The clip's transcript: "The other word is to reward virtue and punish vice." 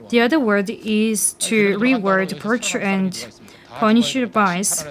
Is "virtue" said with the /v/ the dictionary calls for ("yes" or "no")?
no